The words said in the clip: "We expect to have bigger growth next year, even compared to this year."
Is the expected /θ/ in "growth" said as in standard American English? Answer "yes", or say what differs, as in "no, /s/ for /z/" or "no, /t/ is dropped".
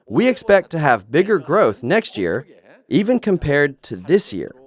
yes